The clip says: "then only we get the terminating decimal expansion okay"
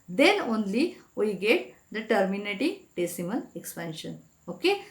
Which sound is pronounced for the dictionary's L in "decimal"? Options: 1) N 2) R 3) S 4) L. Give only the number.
1